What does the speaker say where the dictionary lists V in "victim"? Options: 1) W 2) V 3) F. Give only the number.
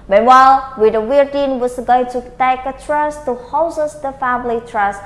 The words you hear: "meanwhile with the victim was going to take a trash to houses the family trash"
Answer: 1